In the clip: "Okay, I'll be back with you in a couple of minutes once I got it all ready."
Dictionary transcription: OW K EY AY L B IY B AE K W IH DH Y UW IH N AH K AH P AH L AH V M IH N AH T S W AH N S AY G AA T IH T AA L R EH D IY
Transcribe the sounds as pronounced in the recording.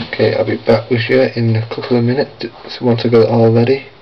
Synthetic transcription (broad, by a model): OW K EY AY L B IY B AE K W IH DH Y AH IH N AH K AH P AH L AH M IH N AH T S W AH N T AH G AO IH T AA L R EH D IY